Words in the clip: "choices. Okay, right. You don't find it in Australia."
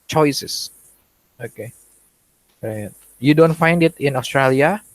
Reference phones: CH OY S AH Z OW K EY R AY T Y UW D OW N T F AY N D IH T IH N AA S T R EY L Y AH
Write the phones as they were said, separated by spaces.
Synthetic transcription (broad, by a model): CH OY S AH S OW K EY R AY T Y UW D OW N T F AY N D IH T IH N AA S T R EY L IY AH